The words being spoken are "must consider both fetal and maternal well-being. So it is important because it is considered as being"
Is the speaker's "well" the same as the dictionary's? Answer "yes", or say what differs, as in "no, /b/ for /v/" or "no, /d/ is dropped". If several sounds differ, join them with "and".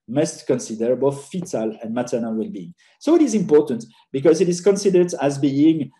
yes